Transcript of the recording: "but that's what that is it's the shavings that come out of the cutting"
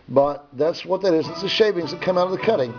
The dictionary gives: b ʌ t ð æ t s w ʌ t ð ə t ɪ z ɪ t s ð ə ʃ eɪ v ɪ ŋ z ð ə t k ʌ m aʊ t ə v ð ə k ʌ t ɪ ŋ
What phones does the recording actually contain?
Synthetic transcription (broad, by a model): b ʌ t ð æ t s w ʌ t ð ə t ɪ z ɪ t s ð ə ʃ eɪ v ɪ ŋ z ð ə t k ʌ m aʊ t ə v ð ə k ʌ t ɪ ŋ